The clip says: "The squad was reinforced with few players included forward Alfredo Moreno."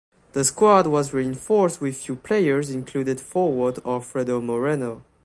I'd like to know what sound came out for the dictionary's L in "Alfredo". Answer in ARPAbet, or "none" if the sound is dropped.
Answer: none